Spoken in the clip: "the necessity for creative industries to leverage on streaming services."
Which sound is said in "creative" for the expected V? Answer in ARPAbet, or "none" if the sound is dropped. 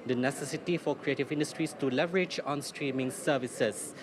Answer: V